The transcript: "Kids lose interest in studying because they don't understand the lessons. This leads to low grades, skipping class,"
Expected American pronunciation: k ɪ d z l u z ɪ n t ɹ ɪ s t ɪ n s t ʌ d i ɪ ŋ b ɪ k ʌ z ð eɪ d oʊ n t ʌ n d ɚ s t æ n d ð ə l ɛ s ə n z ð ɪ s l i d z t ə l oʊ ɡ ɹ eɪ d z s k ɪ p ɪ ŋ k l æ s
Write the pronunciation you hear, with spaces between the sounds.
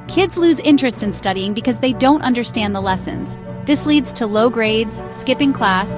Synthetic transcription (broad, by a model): k ɪ d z l u z ɪ n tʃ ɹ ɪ s t ɪ n s t ʌ d i ɪ ŋ b ɪ k ʌ z ð eɪ d oʊ n t ʌ n d ɚ s t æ n ð ə l ɛ s ə n z ð ɪ s l i d z t ə l oʊ ɡ ɹ eɪ d z s k ɪ p ɪ ŋ k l æ s